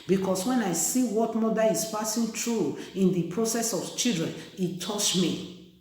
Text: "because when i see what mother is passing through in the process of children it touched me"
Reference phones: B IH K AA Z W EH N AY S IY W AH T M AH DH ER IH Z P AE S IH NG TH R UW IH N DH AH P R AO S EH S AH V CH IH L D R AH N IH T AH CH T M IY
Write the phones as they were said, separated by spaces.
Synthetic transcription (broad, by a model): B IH K AA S W EH N AY S IY W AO T M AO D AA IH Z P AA S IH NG T R UW IH N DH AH P R AO S EH S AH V CH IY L D R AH N IH T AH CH M IY